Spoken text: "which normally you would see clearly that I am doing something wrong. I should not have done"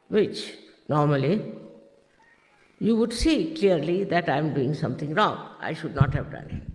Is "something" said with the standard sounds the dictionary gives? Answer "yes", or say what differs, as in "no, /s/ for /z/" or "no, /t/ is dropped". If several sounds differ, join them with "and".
no, /t/ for /θ/